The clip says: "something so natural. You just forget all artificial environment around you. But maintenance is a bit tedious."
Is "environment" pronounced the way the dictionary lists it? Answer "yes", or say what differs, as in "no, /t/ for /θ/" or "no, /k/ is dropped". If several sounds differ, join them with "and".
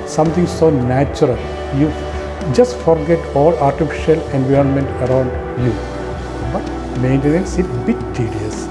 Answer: yes